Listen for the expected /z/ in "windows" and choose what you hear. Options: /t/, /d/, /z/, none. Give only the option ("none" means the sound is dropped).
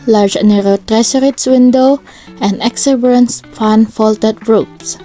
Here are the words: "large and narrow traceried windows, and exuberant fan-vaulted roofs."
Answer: none